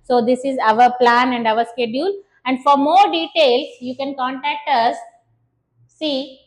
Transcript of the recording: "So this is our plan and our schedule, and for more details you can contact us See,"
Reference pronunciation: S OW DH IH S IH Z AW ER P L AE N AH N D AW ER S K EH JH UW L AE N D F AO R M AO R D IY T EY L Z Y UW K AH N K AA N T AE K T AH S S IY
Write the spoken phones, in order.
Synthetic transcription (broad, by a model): S OW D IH S IH Z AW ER P L AE N AH N D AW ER S K EH JH UW L AE N D F AO R M AO R D IY T EY L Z Y UW K AH N K AA N T AE K T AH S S IY